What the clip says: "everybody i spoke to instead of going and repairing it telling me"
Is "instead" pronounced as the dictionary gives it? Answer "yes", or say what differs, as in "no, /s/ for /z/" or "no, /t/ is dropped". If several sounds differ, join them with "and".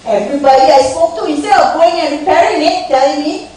no, /d/ is dropped